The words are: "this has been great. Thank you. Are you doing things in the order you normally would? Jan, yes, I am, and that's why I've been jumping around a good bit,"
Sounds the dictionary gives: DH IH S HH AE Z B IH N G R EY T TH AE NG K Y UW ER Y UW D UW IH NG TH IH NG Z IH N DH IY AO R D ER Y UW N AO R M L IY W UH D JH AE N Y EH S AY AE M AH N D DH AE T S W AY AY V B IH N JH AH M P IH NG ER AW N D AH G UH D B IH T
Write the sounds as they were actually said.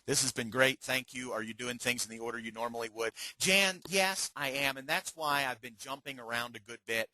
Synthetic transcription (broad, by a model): DH IH S HH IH Z B IH N G R EY T TH AE NG K Y UW ER Y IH D UW IH NG TH IH NG Z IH N DH IY AO R D ER Y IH N AO R M L IY W UH D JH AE N Y EH S AY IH M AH N DH AE T S W AY AY V B IH N JH AH M P IH NG ER AW N D AH G UH D B IH T